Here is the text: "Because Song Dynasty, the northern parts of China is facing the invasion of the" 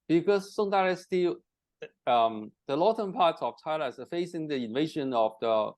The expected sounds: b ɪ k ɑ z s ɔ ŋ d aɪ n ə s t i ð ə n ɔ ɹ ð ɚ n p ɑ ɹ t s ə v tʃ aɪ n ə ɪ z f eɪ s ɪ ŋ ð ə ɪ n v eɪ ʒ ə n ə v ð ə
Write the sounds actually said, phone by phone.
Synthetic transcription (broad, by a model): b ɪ k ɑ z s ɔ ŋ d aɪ ə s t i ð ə l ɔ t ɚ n p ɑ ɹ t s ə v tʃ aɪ l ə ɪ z f eɪ s ɪ ŋ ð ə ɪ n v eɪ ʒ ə n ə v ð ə